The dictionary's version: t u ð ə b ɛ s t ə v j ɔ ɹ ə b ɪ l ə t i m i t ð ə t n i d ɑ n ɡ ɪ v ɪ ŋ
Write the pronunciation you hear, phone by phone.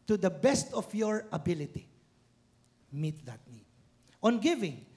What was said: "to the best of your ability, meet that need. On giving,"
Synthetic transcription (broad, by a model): t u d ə b ɛ s t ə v j ɔ ɹ ə b ɪ l ə t i m i t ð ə t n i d ɑ n ɡ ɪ v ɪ ŋ